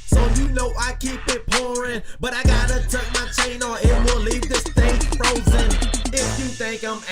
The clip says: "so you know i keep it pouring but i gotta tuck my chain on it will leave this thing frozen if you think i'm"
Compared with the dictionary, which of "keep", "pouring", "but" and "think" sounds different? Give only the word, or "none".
none